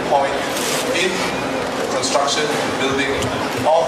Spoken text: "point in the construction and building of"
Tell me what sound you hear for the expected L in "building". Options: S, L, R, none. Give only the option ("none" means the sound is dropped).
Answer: L